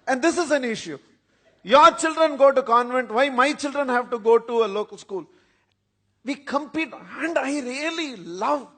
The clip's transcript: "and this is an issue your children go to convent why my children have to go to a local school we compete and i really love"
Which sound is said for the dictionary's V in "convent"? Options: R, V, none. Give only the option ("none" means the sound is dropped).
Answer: V